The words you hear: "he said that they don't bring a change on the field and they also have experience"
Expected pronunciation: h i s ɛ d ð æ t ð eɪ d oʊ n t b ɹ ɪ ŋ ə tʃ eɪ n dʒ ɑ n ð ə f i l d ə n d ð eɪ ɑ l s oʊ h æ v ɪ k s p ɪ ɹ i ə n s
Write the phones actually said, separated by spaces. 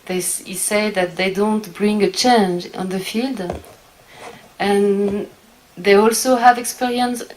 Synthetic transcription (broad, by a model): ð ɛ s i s ð æ t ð eɪ d oʊ n t b ɹ ɪ ŋ ə tʃ eɪ n dʒ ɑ n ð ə f i l d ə n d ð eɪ ɑ l s oʊ h æ v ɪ k s p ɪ ɹ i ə n s